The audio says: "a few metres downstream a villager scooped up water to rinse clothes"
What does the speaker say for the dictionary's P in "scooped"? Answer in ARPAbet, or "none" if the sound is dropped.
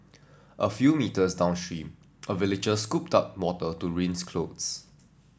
P